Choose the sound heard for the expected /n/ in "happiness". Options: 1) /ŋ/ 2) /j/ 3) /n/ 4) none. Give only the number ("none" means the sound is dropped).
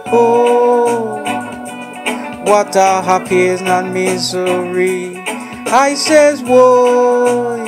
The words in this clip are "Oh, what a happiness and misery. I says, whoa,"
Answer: 4